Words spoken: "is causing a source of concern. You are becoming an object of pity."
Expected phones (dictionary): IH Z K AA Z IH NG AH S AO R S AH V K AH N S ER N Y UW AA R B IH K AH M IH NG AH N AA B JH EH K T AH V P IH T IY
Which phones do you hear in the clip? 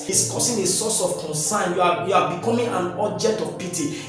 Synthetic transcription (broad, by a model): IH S K AA S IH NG AH S AO S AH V K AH N S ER N Y UW AA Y B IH K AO M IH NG AH N AA B JH EH K T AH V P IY T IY